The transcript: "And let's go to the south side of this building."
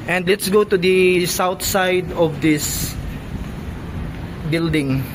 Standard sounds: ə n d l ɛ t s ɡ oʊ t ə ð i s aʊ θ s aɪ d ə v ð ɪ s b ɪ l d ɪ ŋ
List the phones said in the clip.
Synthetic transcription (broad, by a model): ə n d l ɛ t s ɡ oʊ t ə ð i s aʊ t s aɪ d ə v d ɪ s b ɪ l d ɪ ŋ